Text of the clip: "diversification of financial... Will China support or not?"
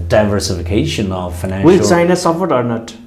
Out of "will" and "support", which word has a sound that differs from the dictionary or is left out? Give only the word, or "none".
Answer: support